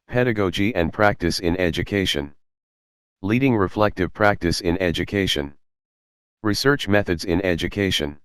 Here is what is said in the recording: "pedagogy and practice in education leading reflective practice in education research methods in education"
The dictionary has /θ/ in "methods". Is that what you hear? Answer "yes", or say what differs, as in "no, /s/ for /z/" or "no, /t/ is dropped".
yes